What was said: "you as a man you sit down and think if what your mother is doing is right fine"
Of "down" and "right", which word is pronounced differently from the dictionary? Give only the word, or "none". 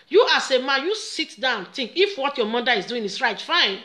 down